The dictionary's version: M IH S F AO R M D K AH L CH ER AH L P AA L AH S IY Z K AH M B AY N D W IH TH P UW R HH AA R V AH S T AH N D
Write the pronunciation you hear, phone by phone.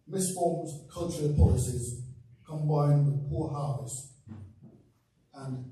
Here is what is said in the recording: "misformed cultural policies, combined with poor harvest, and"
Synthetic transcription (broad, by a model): M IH S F AO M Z K AH L CH ER AH L P AA L AH S IY Z K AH M B AY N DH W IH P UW HH AA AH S AH N